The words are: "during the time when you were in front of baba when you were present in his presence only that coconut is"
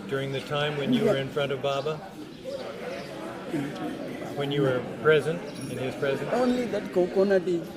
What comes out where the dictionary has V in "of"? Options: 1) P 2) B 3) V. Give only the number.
3